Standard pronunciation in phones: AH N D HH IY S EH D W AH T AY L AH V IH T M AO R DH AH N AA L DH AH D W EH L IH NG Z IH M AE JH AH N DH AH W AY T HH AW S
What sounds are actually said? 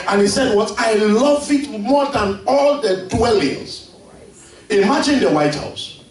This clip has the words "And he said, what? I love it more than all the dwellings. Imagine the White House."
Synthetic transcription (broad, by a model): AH N HH IY S EH D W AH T AY L AH V IH T M AO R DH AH N AA L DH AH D W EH L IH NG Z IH M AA JH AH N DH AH W AY T HH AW S